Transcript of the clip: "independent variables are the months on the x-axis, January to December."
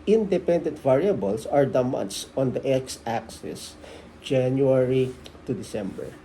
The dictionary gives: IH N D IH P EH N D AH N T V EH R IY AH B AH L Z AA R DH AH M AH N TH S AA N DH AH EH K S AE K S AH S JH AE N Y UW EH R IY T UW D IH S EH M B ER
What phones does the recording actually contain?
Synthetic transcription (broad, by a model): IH N D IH P EH N D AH N T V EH R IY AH B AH L S AA R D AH M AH N T S AA N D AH EH K S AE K S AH S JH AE N Y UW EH R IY T UW D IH S EH M B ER